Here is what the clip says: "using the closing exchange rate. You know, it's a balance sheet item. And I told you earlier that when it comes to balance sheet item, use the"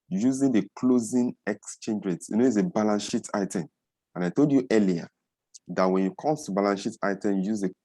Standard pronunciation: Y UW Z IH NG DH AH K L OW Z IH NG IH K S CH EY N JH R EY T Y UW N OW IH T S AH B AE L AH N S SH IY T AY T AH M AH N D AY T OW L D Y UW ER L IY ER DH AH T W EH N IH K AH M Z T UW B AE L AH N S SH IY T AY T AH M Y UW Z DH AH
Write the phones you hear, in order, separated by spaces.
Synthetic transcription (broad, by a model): Y UW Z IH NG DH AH K L OW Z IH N IH K S CH EY N JH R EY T Y UW N OW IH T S AH B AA L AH N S SH IY T AY T AH M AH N AY T OW L D Y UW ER L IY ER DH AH T W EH N IH K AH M S T UW B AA L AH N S SH IY T AY T AH M Y UW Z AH